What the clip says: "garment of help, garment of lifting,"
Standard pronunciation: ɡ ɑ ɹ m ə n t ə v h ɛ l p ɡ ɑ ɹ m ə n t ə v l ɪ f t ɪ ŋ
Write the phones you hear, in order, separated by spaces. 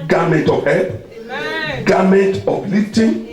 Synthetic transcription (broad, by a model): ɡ ɑ m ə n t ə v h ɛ p ɡ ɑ m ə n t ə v l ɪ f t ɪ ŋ